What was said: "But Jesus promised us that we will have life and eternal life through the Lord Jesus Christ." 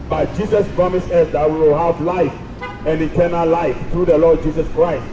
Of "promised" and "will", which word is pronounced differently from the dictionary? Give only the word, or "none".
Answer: promised